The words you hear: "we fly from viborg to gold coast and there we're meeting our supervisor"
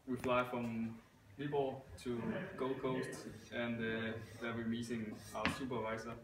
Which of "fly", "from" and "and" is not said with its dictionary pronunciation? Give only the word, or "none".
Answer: none